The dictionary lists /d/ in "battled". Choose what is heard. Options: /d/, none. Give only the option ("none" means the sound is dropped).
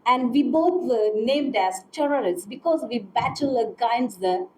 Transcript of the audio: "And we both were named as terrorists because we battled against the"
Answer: none